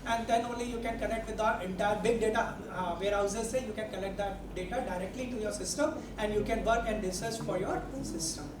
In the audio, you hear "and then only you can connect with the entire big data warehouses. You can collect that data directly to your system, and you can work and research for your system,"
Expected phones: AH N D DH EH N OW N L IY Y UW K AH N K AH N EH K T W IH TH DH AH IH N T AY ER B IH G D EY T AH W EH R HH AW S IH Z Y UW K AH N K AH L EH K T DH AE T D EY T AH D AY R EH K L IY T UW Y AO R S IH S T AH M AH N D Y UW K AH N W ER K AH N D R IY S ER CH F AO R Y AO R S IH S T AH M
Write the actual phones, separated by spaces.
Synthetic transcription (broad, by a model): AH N D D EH N OW N L IY Y UW K AH N K AH N EH K T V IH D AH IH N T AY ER B IH G D EY T AH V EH R HH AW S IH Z Y UW K AH N K AH L EH K T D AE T D EY T AH D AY R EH K L IY T UW Y AO R S IH S T AH M AH N D Y UW K AH N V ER K AH N D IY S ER S F AO R Y AO R S IH S T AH M